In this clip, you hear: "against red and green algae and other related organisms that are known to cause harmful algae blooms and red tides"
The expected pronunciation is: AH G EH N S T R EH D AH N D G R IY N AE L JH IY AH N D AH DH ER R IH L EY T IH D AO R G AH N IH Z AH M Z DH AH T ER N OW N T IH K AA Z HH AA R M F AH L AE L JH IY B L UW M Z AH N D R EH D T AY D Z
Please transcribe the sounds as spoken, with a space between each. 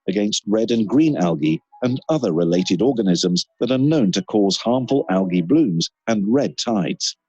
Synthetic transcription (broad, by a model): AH G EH N S T R EH D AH N G R IY N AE L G IY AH N AH DH ER R IH L EY T IH D AO R G AH N IH Z AH M Z DH AH T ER N OW N T IH K AA Z HH AA R M F AH L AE L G IY B L UW M Z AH N R EH D T AY D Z